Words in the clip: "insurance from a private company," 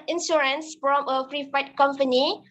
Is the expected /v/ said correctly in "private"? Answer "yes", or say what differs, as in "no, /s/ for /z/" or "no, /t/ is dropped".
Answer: no, /f/ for /v/